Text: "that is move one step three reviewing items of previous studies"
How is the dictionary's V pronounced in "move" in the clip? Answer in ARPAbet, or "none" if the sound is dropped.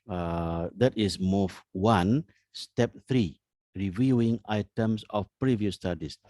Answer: F